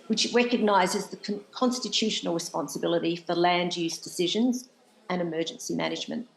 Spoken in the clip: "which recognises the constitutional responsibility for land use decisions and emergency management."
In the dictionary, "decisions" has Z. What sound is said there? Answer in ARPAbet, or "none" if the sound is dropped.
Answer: Z